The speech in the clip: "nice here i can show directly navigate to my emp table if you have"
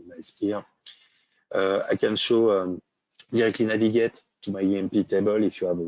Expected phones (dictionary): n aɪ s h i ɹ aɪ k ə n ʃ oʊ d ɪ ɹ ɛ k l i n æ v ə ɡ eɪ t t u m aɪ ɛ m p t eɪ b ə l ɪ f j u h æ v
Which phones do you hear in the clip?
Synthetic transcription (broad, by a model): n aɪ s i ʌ aɪ k ə n ʃ oʊ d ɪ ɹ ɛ k l i n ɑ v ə ɡ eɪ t t u m aɪ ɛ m p t eɪ b ə l ɪ f j u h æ v